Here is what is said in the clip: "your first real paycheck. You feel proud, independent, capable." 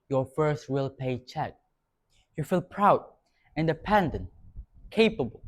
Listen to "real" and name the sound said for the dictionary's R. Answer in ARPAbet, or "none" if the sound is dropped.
W